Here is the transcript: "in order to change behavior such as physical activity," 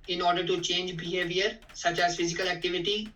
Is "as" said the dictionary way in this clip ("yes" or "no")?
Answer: yes